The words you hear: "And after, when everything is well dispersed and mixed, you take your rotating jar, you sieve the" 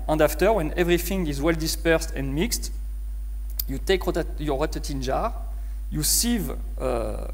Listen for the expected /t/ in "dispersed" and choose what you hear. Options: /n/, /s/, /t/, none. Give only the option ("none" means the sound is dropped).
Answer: /t/